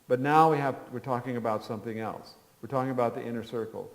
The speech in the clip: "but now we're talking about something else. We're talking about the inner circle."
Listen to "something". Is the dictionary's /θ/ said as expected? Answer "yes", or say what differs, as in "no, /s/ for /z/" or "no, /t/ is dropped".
yes